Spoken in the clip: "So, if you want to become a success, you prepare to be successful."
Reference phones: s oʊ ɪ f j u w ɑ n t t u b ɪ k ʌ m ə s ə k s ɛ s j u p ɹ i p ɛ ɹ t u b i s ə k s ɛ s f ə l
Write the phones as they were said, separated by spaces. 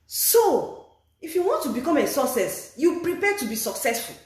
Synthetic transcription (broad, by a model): s oʊ ɪ f j u w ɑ n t t u b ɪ k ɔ m ə s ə s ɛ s j u p ɹ i p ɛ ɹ t u b i s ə k s ɛ s f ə l